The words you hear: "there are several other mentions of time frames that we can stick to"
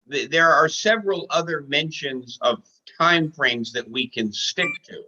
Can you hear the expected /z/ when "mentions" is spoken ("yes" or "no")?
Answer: yes